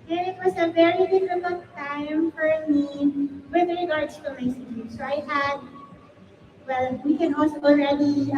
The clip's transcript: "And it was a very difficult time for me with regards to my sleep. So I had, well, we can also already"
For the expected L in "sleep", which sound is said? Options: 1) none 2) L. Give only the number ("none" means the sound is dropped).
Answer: 1